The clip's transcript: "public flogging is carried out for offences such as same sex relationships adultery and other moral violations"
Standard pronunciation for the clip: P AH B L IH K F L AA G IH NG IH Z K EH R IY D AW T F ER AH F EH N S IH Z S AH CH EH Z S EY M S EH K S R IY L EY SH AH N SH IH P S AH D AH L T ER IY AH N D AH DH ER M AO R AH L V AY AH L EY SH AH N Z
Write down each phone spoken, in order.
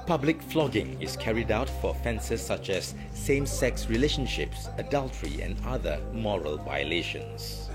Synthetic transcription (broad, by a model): P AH B L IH K F L AA G IH NG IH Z K EH R IY D AW T F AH F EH N S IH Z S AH CH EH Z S EY M S EH K S R IY L EY SH AH N SH IH P S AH D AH L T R IY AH N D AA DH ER M AO R AH L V AY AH L EY SH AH N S